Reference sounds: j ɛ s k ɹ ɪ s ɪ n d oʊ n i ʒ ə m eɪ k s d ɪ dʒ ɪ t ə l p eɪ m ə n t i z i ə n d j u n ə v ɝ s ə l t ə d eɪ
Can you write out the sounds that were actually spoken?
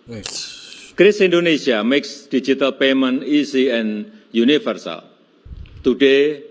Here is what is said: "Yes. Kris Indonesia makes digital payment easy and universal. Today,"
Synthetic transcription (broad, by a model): k ɹ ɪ s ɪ n d oʊ n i s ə m eɪ k s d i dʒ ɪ t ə l p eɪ m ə n i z i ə n j u n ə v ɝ s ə l t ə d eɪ